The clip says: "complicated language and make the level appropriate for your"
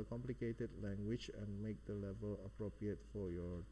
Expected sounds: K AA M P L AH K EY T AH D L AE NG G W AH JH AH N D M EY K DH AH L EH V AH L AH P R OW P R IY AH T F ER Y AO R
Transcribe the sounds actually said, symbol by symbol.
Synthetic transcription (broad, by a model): K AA M P L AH K EY T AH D L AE NG G W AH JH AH N M EY K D AH L EH V AH L AH P R OW P R IY AH T F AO Y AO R